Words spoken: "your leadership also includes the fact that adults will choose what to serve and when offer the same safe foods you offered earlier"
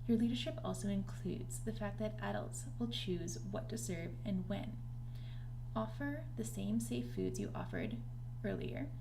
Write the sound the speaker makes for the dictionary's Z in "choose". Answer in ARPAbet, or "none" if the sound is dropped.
Z